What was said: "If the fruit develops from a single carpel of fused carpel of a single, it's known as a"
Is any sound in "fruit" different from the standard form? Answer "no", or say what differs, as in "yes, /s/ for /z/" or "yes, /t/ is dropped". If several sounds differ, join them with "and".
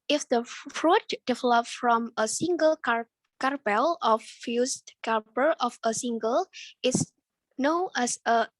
no